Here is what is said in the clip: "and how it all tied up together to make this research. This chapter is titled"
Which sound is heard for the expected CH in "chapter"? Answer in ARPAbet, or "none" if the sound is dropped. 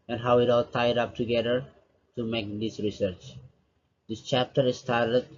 CH